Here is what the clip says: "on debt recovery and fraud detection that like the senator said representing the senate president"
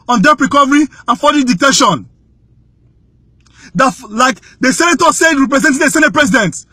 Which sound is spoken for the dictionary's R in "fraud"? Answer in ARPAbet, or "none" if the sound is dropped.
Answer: none